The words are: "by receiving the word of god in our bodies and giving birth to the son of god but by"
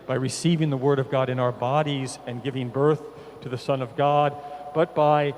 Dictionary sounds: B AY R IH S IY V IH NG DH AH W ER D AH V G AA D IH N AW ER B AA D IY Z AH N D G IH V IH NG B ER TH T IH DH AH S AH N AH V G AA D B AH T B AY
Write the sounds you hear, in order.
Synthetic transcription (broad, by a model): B AY R IH S IY V IH NG DH AH W ER D AH V G AA D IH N AW ER B AA D IY Z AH N G IH V IH NG B ER TH T IH DH AH S AH N AH V G AA D B AH T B AY